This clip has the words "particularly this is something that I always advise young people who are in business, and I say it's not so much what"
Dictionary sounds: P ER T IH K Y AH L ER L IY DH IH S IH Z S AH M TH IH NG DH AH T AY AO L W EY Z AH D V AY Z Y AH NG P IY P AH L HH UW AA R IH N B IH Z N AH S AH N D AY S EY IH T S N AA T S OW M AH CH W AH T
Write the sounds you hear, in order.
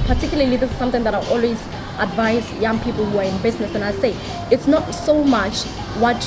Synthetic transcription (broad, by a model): P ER T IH K Y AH L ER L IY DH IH S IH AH M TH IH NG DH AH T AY AO L W EY Z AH D V AY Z Y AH NG P IY P AH L HH UW AA R IH N B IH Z N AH S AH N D AY S EY IH T S N AA T S OW M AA CH W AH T